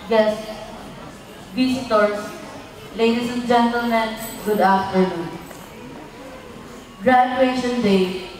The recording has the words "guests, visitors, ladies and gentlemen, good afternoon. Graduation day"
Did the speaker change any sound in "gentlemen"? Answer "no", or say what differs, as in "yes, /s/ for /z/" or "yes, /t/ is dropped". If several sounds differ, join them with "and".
no